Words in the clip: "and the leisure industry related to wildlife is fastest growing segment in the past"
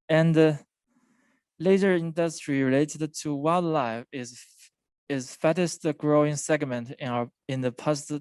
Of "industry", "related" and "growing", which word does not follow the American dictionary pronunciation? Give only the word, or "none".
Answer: none